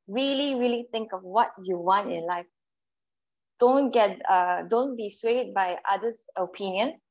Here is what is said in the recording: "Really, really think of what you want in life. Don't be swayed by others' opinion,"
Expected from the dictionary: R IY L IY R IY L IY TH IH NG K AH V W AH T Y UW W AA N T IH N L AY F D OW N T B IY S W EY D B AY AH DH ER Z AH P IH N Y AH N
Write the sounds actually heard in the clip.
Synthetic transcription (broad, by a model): R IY L IY R IY L IY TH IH NG K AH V W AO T Y UW W AA N T IH N L AY F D OW N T B IY S W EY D B AY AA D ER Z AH P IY N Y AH N